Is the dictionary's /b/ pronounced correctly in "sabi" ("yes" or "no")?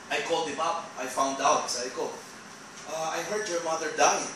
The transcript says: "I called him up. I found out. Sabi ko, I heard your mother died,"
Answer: no